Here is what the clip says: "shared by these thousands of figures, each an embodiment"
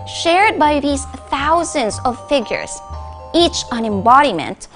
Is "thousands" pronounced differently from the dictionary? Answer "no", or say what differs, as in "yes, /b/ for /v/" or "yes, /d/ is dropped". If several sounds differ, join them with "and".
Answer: no